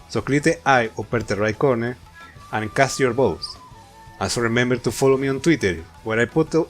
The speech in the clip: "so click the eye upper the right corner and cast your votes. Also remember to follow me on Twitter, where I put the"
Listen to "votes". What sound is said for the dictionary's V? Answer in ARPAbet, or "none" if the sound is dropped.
B